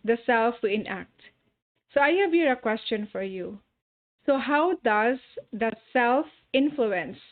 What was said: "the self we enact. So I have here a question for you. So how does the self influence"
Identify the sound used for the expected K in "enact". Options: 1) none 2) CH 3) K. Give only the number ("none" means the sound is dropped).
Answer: 3